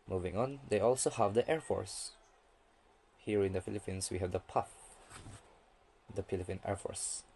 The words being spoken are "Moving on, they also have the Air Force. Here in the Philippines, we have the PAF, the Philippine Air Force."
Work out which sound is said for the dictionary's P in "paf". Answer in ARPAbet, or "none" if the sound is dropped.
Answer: P